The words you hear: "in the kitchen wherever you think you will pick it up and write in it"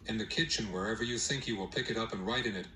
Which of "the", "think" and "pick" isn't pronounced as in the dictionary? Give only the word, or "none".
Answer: none